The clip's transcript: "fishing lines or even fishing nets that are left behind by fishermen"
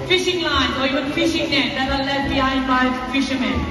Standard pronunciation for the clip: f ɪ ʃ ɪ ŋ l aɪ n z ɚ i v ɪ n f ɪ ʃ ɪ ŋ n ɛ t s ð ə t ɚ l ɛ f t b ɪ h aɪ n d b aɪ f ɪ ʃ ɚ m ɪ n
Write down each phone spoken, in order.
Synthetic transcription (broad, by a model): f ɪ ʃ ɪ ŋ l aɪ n ɚ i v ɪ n f ɪ ʃ ɪ ŋ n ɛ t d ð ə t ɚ l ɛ t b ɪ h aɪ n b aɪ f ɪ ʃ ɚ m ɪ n